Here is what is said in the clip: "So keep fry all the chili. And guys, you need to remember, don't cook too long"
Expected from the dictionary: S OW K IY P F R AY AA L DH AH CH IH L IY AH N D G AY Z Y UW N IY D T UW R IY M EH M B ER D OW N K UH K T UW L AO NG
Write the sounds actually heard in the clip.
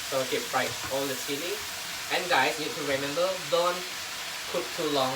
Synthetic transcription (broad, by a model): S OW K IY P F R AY AA L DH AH S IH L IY AH N D AY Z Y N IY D T UW R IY M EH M B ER D OW N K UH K T UW L AO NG